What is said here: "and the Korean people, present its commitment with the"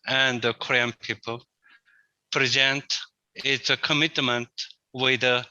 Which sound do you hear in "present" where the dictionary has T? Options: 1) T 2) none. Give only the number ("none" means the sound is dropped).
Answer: 1